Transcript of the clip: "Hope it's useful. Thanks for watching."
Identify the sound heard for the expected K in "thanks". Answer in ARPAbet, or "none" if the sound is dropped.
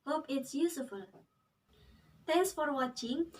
none